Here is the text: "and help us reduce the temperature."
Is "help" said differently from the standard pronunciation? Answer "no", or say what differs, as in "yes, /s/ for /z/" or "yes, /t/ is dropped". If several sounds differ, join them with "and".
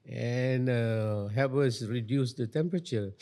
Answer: yes, /l/ is dropped